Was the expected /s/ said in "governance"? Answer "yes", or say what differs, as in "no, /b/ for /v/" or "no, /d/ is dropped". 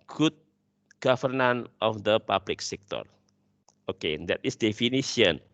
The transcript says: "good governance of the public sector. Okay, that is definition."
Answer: no, /s/ is dropped